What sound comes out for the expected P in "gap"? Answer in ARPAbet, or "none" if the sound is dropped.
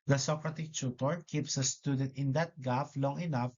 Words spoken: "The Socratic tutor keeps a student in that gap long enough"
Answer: F